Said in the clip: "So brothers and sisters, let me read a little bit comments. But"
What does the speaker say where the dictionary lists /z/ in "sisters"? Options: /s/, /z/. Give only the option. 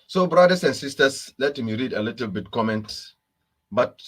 /s/